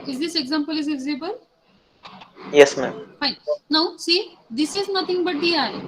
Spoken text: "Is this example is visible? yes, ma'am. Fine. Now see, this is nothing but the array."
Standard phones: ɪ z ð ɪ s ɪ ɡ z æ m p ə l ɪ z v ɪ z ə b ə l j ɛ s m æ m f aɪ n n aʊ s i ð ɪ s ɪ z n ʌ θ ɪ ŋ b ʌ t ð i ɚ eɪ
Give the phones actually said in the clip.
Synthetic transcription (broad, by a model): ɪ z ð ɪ s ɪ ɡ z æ m p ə l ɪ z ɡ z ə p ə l j ɛ s m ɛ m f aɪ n n aʊ s i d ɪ s ɪ z n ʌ t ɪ ŋ b ʌ t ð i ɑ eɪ